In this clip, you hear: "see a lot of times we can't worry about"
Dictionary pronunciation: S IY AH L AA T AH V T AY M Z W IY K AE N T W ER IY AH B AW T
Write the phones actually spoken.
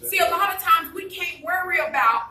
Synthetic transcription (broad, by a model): S IY AH L AA T AH V T AY M Z W IY K AE N T W ER IY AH B AW T